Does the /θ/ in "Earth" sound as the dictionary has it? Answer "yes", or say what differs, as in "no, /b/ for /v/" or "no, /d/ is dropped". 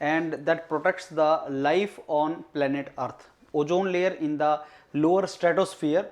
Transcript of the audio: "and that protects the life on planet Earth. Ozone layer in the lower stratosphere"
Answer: no, /t/ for /θ/